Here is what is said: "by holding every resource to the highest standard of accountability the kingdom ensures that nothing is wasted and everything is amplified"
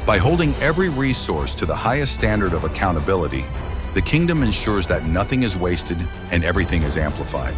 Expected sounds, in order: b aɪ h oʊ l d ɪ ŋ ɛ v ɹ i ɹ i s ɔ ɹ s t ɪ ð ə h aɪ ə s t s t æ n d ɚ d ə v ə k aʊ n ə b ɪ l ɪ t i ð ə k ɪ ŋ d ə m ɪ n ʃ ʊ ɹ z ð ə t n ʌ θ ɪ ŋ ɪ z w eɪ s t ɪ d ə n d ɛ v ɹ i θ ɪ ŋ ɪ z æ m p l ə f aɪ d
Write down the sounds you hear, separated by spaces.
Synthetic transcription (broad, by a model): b aɪ h oʊ l d ɪ ŋ ɛ v ɹ i ɹ i s ɔ ɹ s t ɪ ð ə h aɪ ə s t s t æ n d ɚ d ə v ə k aʊ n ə b ɪ l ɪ t i ð ə k ɪ ŋ d ə m ɪ n ʃ ʊ ɹ z ð ə t n ʌ θ ɪ ŋ ɪ z w eɪ s t ɪ d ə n ɛ v ɹ i θ ɪ ŋ ɪ z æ m p l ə f aɪ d